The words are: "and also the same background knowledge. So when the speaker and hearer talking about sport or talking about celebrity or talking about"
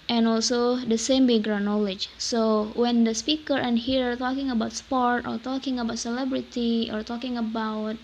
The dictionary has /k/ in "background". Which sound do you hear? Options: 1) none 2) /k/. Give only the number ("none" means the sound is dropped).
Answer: 1